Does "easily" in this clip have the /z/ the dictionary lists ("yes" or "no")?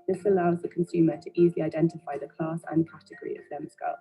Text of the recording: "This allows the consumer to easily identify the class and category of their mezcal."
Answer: yes